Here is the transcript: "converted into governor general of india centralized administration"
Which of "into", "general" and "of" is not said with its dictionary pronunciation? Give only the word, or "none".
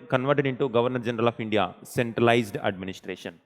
of